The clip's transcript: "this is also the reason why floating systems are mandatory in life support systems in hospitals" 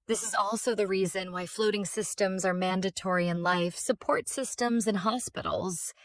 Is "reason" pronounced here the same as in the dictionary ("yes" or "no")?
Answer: yes